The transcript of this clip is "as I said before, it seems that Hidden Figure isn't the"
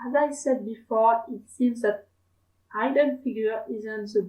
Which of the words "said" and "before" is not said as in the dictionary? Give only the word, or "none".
none